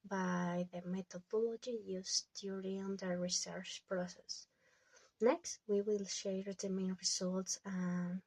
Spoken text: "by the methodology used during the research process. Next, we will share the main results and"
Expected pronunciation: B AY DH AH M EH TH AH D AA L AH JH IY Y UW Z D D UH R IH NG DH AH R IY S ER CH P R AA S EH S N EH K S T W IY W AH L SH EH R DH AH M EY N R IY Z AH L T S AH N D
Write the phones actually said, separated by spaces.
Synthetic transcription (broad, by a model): B AY DH AH M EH T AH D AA L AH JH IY Y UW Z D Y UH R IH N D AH R IY S ER CH P R AA S EH S N EH K S T W IY W AH L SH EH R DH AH M EY N R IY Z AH L T S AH N